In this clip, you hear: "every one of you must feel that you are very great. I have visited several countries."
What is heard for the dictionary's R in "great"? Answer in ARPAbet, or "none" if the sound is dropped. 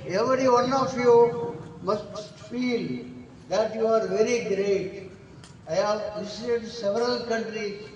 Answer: R